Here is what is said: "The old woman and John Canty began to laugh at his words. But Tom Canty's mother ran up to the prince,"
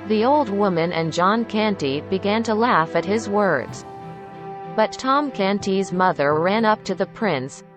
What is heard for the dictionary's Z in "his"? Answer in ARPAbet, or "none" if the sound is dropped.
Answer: Z